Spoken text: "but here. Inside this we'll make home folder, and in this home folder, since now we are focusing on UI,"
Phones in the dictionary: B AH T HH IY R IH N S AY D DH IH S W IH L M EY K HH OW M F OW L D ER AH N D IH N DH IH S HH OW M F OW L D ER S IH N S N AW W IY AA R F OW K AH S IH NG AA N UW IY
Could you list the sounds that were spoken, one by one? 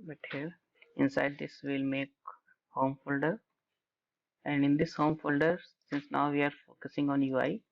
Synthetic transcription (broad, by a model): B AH T HH IY R IH N S AY D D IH S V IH L M EY K HH OW M F OW L D ER AH N D IH N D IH S HH OW M F OW L D ER S IH N S N AW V IY AA R F OW K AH S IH NG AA N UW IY